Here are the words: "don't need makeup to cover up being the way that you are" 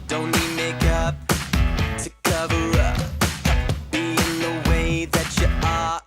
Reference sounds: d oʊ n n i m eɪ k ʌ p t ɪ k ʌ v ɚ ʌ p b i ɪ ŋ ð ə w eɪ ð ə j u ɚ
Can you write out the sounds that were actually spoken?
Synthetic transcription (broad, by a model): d oʊ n l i m eɪ k ʌ p t ɪ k ʌ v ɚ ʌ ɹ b i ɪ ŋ ð ə w eɪ ð ə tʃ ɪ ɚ